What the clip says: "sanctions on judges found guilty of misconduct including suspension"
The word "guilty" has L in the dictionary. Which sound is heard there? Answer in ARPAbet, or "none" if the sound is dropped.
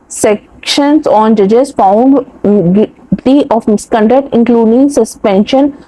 none